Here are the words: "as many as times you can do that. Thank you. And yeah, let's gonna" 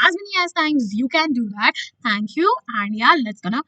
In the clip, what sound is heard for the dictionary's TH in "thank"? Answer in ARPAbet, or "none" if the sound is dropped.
T